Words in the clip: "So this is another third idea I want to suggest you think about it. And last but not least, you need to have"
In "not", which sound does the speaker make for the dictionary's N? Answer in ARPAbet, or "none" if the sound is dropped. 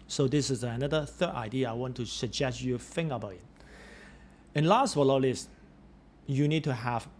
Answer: L